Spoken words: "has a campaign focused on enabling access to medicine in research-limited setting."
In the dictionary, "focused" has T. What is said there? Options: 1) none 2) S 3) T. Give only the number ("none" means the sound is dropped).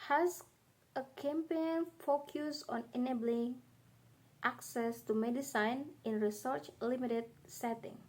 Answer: 1